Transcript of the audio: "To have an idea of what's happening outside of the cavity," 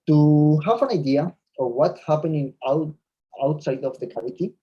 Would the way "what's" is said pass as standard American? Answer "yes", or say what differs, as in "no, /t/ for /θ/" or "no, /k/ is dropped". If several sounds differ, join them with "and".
no, /s/ is dropped